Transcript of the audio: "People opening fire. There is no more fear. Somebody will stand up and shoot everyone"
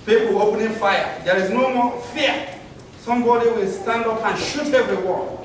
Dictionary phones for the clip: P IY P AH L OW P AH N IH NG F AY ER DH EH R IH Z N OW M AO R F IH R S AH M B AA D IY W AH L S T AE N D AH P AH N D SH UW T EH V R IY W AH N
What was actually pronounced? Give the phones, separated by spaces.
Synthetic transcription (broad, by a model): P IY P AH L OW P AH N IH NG F AY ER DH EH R IH Z N OW M AO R F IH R S AH M B AA D IY W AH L S T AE N D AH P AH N SH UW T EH V R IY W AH